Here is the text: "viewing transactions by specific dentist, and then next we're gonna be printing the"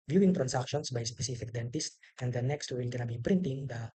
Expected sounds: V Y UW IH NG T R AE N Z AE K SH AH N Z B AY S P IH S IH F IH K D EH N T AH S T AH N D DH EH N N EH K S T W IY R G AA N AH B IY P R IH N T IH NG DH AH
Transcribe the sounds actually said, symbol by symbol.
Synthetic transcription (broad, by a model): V Y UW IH NG T R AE N S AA K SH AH N S B AY S P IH S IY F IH K D EH N T AH S T AH N D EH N N EH K S T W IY W G AA N AH B IY P R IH N T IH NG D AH